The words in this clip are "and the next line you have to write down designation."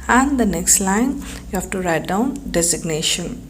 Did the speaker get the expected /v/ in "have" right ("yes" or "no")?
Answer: no